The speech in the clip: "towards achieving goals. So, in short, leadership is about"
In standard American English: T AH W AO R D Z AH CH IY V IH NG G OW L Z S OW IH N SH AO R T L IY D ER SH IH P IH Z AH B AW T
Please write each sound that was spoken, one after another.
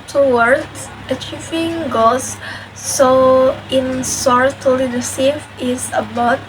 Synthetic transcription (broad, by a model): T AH W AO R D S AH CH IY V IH NG G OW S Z S OW IH N S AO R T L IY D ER S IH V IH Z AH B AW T